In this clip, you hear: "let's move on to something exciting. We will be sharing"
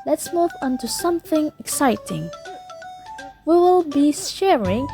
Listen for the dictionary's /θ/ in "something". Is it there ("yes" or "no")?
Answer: yes